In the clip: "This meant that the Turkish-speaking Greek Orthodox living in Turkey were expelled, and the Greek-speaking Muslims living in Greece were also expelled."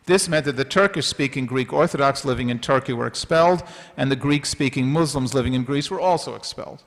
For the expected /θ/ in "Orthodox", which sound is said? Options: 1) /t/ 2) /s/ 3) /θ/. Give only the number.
3